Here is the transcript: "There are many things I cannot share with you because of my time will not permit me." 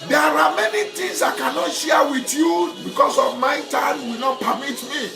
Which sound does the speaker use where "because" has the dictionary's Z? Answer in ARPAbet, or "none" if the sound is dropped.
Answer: S